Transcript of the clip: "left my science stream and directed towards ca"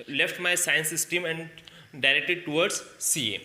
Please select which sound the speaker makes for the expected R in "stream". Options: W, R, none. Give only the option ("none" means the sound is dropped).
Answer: none